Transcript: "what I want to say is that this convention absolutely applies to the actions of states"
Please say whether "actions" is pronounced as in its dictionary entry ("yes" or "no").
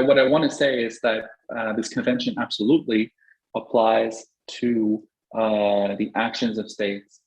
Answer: yes